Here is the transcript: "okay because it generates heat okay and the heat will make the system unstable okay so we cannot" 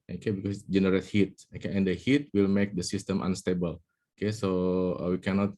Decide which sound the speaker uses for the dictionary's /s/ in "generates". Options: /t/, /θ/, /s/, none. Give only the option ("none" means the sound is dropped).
none